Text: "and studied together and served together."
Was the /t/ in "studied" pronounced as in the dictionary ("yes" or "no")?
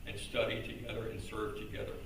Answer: yes